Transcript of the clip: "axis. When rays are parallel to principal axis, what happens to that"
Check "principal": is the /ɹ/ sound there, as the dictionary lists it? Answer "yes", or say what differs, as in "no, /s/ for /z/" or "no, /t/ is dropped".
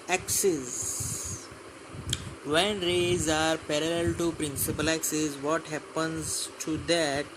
yes